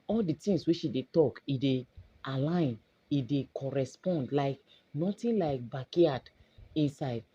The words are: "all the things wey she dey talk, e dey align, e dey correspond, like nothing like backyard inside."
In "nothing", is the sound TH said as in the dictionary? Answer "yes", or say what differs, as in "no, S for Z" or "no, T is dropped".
no, T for TH